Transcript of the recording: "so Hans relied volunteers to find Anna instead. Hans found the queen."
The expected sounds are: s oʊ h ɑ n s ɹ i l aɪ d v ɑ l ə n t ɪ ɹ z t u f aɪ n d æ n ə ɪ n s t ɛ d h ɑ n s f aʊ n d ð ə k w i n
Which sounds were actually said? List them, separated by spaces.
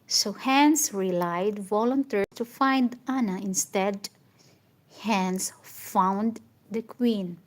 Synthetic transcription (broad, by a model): s oʊ h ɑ n s ɹ i l aɪ d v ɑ l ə n t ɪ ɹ t u f aɪ n d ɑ n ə ɪ n s t ɛ d h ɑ n s f aʊ n d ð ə k w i n